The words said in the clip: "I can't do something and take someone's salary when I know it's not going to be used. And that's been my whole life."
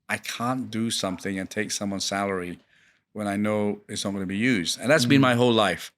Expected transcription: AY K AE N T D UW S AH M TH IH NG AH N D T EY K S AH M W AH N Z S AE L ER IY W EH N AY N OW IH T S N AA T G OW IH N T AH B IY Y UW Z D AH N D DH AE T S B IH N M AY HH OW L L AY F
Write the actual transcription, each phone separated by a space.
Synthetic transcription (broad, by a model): AY K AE N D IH S AH M TH IH NG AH N T EY K S AH M W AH N S AE L ER IY W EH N AY N OW IH T S N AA T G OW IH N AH B IY Y UW Z D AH N DH AE T S B IH N M AY HH OW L L AY F